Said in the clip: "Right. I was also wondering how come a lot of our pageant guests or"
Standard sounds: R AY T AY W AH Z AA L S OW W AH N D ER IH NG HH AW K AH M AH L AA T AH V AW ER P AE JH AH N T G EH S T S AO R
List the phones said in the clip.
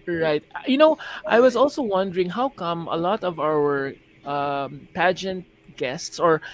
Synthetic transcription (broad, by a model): R AY T AY W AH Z AA L S OW W AH N D ER IH NG HH AW K AH M AH L AA T AH V AW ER P AE JH AH N T G EH S T S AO R